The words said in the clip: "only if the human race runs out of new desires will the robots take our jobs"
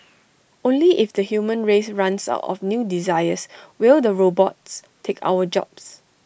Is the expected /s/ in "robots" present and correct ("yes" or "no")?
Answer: yes